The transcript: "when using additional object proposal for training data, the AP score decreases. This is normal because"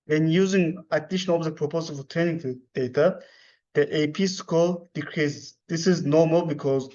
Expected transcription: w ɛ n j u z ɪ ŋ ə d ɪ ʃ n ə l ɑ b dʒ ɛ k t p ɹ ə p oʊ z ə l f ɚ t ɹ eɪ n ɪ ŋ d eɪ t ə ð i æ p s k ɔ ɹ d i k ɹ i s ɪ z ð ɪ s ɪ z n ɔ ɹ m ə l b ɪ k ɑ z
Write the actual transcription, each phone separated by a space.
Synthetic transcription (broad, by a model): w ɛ n j u z ɪ ŋ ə d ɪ ʃ ə n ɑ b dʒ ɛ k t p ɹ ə p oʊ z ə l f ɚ t eɪ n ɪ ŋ d eɪ t ə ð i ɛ p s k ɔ l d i k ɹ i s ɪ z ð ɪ s ɪ z n ɔ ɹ m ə l b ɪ k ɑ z